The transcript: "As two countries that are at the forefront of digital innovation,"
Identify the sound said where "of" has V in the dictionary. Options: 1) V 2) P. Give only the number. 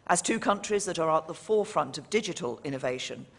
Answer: 1